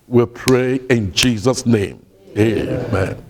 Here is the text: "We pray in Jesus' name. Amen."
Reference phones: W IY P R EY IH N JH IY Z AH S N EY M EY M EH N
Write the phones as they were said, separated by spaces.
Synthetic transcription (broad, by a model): W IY P R EY IH N JH IY Z AH S N EY M EY M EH N